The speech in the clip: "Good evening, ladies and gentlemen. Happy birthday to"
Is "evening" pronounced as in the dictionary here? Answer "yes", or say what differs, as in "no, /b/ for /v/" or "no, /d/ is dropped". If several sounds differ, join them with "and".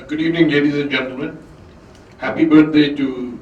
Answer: yes